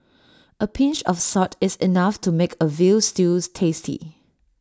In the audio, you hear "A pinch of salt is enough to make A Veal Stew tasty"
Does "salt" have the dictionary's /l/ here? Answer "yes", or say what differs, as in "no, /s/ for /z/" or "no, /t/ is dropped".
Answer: no, /l/ is dropped